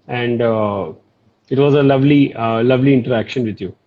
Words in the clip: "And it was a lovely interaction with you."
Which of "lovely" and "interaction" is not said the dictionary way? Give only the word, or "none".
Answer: none